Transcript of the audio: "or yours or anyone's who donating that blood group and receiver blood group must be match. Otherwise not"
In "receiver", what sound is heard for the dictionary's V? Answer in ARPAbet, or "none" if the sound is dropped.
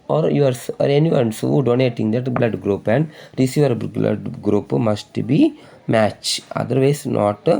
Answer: V